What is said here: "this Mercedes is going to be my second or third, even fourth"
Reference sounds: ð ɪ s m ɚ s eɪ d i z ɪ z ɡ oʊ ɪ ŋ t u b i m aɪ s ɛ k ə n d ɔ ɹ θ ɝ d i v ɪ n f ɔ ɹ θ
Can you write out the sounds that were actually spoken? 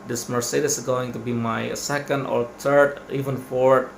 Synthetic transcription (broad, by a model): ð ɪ s m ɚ s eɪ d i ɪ s ɡ oʊ ɪ ŋ t u b i m aɪ s ɛ k ə n d ɔ ɹ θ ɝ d i v ɪ n f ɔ ɹ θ